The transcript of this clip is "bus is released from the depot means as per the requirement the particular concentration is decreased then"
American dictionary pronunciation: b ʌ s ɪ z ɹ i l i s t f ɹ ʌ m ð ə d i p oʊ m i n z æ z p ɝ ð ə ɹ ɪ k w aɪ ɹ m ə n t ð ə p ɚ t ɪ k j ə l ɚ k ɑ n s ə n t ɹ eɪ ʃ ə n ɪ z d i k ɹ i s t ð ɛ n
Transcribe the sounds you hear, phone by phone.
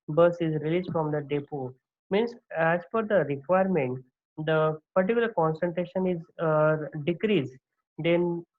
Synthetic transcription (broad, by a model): b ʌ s ɪ z ɹ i l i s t f ɹ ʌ m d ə d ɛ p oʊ m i n s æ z f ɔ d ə ɹ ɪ k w aɪ ɹ m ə n t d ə p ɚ t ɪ k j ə l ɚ k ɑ n s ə n t ɹ eɪ ʃ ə n ɪ z d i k ɹ i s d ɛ n